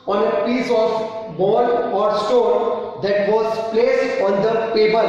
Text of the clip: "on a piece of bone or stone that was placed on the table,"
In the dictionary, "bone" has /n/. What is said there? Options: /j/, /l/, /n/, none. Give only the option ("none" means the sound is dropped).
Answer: /l/